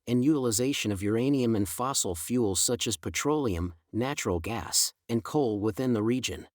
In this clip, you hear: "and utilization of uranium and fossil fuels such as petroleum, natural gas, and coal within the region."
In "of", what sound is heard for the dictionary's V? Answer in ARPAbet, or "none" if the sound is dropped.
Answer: V